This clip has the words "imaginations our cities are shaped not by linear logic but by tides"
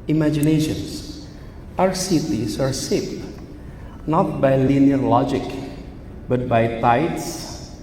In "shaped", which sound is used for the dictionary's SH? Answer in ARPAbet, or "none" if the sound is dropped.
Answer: S